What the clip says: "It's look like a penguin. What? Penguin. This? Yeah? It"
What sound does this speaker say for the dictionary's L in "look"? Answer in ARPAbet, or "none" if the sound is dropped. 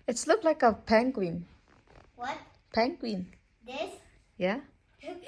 L